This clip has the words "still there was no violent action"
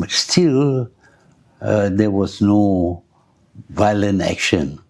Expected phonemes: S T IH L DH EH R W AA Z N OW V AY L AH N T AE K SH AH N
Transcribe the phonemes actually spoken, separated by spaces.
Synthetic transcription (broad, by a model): S T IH L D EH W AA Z N OW V AY L AH N T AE K SH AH N